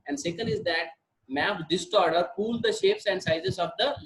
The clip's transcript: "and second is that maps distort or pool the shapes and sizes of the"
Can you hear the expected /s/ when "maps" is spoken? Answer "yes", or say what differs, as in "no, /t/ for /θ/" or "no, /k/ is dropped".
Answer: no, /s/ is dropped